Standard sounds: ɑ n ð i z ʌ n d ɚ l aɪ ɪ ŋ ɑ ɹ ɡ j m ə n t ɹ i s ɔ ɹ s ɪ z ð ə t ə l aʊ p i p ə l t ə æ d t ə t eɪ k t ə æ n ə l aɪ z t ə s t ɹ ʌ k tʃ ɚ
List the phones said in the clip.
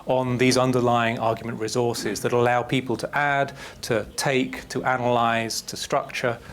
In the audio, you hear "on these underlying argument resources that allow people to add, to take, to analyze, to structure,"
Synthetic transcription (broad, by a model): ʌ n ð i z ʌ n d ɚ l aɪ ɪ ŋ ɑ ɡ j m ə n t ɹ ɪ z ɔ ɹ s ɪ z ð ə t ə l aʊ p i p ə l t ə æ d t ə t eɪ k t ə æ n ə l aɪ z t ə s t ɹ ʌ k tʃ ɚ